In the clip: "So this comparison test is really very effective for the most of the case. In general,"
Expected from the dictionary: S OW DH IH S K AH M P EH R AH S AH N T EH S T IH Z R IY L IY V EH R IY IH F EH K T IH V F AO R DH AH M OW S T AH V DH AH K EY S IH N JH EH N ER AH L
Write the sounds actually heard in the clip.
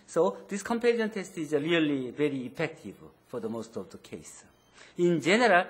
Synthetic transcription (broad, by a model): S OW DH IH S K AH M P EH L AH AH N T EH S T IH Z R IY L IY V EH R IY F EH K T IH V F AO R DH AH M OW S T AH V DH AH K EY S IH N JH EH N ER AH L